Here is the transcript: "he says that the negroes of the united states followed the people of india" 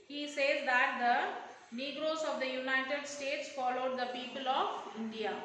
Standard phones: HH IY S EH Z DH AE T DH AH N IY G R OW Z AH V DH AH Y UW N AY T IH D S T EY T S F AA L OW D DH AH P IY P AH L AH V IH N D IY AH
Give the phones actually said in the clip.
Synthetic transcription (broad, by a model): HH IY S EH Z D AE T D AH N IY G R OW Z AH V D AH Y UW N AY T IH D S T EY T S F AA L OW D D AH P IY P AH L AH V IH N D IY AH